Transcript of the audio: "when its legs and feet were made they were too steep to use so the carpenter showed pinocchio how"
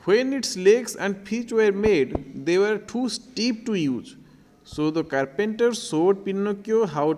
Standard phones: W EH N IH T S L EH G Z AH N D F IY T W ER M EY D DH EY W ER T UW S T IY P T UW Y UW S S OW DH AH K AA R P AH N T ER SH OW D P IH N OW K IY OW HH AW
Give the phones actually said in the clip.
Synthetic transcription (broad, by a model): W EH N IH T S L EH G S AH N D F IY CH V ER M EY D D EY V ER T UW S T IY P T UW Y UW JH S OW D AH K AA R P AH N T ER S OW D P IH N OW K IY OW HH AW